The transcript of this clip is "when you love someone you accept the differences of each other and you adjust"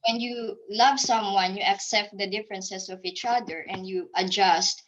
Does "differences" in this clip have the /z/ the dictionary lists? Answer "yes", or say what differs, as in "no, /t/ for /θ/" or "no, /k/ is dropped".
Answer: no, /s/ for /z/